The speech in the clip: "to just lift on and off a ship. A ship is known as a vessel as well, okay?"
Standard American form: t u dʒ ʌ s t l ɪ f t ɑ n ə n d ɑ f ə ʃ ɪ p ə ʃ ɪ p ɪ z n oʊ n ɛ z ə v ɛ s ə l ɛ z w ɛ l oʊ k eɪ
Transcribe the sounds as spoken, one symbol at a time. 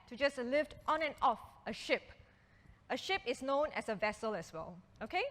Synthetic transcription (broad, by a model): t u dʒ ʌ s l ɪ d t ɑ n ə n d ɑ f ə ʃ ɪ p ə ʃ ɪ p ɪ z n oʊ n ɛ s ə v ɛ s ə l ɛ s w ɛ l oʊ k eɪ